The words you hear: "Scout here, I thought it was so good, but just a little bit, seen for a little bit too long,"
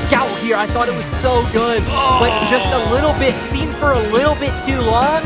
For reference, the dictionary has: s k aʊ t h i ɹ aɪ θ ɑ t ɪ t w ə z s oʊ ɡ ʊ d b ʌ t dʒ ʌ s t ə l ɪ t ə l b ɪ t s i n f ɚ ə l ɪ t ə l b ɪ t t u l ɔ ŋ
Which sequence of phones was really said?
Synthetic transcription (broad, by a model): s k aʊ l h i ɹ aɪ θ ɑ t ɪ t w ə z s oʊ ɡ ʊ d b ʌ t dʒ ʌ s t ə l ɪ t l b ɪ t s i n f ɚ ə l ɪ t l b ɪ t t u l ɔ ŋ